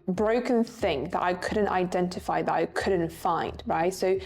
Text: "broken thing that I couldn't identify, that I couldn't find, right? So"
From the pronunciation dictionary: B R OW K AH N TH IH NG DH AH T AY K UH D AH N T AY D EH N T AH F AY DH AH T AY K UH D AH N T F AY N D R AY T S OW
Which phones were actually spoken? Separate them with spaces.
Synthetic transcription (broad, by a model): B R OW K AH N TH IH NG DH AH T AY K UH D N T AY D EH N T AH F AY DH AH T AY K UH D N T F AY N D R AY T S OW